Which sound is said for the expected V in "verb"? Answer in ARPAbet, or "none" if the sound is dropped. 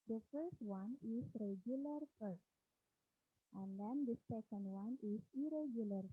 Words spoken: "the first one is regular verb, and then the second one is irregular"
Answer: F